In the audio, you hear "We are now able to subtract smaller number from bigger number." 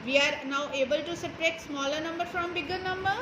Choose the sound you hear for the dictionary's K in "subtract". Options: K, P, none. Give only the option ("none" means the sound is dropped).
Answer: none